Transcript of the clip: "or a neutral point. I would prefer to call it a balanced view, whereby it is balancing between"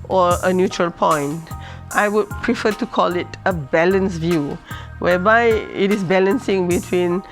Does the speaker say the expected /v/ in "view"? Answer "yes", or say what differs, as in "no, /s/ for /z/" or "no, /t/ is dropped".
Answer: yes